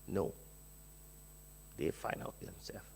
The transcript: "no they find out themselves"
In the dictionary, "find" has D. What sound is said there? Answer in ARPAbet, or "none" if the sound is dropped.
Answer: none